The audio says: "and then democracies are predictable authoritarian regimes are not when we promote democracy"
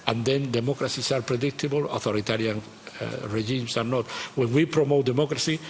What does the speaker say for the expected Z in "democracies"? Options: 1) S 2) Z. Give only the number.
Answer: 1